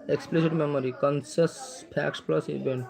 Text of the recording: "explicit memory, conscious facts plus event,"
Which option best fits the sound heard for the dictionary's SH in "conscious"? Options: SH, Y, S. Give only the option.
S